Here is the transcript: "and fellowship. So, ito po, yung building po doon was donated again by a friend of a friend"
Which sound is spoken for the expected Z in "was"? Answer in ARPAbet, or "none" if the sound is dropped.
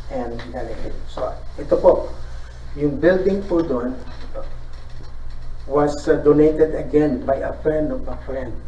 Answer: S